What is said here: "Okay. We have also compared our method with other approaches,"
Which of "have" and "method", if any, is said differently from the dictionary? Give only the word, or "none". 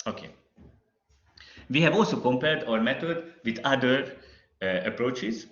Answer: method